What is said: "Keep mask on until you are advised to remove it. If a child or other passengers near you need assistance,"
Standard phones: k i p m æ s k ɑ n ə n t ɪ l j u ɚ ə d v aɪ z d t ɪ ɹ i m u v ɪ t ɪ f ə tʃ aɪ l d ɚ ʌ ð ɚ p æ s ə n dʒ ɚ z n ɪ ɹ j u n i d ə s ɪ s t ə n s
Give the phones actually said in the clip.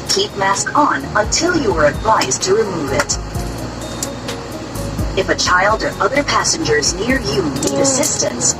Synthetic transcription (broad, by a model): k i p m æ s k n ə n t ɪ l j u ɚ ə d v aɪ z t ɪ ɹ i m u v ɪ t ɪ f ə tʃ aɪ l d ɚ ʌ ð ɚ p æ s ə n dʒ ɚ z n ɪ ɹ j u n i d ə s ɪ s t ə n s